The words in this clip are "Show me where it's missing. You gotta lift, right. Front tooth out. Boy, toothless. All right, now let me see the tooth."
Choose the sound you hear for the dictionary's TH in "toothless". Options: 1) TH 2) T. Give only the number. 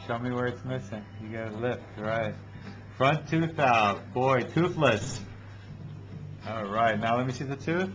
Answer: 1